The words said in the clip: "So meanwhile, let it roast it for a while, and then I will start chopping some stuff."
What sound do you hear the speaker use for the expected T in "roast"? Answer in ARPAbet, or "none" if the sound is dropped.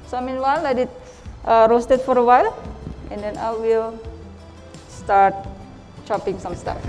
T